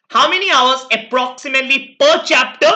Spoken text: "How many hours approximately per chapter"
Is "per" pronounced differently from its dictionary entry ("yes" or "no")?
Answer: no